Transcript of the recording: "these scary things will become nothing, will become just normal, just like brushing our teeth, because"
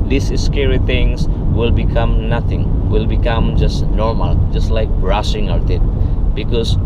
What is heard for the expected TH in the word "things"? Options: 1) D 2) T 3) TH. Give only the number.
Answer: 2